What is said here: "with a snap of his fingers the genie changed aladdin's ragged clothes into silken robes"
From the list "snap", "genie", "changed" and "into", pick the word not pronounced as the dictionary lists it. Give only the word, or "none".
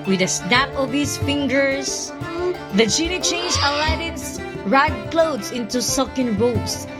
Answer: changed